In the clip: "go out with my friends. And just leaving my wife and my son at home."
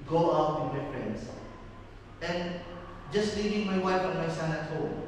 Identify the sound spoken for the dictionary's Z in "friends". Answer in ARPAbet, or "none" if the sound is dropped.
S